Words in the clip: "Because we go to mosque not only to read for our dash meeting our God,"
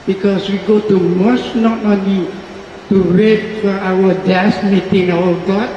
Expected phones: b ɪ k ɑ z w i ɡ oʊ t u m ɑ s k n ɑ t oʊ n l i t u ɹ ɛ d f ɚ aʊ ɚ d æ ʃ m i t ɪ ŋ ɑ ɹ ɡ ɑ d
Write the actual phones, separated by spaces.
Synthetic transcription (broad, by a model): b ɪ k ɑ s w i ɡ oʊ t u m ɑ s n ɑ t oʊ n l i t u w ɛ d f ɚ aʊ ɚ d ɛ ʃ m i t ɪ ŋ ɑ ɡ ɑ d